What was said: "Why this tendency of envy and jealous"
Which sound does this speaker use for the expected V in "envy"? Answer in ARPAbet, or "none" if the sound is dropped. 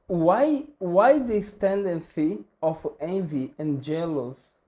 V